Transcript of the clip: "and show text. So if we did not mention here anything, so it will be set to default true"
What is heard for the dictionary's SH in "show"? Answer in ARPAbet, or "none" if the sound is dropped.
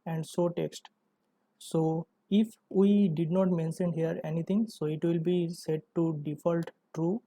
S